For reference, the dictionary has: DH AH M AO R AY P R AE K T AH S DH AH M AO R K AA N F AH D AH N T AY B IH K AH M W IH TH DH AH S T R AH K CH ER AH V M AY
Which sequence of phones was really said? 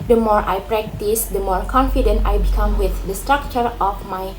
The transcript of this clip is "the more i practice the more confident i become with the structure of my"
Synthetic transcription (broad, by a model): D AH M AO R AY P R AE K T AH S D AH M AO R K AA N F AH D AH N T AY B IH K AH M W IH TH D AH S T R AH K CH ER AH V M AY